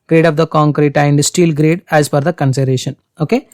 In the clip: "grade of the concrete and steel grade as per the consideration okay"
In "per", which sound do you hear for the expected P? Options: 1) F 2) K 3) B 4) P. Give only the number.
1